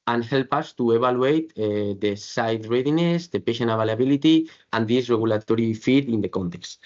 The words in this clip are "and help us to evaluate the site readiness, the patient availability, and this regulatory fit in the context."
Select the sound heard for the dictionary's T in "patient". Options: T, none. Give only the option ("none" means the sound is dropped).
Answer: none